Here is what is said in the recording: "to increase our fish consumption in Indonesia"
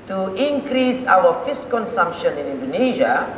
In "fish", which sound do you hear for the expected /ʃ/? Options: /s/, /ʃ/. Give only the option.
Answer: /s/